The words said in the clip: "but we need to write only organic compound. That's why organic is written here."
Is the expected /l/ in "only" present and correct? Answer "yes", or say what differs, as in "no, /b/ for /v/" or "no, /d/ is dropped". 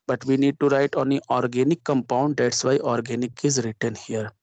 no, /l/ is dropped